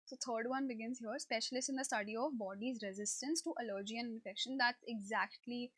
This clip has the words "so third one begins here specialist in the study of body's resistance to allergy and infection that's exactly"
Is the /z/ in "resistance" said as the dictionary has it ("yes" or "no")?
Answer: yes